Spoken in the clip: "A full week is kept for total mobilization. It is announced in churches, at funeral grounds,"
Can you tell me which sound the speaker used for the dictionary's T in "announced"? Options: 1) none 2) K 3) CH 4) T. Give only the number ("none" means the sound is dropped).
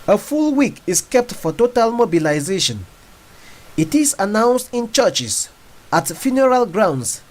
4